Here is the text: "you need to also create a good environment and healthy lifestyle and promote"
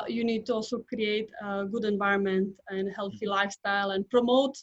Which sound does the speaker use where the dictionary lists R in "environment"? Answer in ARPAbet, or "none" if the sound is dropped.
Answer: R